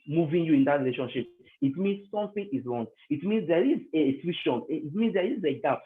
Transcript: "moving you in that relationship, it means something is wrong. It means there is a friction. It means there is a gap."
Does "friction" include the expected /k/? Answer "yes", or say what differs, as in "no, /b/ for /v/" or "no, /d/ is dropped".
no, /k/ is dropped